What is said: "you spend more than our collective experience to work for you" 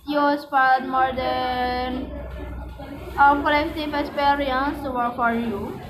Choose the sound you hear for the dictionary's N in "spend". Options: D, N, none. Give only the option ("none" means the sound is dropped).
none